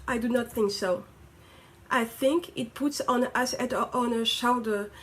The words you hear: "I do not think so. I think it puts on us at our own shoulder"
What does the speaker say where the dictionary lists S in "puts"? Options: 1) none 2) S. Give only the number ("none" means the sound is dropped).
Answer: 2